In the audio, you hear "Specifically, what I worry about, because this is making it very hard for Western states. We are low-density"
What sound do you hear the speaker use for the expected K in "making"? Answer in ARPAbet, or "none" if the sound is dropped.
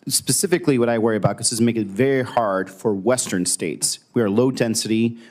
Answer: none